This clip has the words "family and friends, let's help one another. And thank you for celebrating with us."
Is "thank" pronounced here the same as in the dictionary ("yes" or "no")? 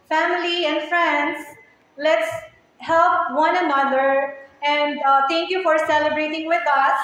no